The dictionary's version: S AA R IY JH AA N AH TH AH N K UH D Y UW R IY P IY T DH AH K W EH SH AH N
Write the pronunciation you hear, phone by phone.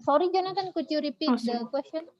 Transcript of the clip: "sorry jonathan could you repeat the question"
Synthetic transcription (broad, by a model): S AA R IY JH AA N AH T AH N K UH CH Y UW R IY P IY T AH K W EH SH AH N